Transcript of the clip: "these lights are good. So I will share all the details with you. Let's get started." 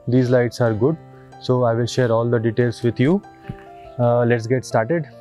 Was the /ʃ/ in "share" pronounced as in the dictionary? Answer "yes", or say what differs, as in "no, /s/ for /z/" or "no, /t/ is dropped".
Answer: yes